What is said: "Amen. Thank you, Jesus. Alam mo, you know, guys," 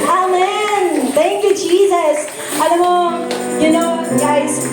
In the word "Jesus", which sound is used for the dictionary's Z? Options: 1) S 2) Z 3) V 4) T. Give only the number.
2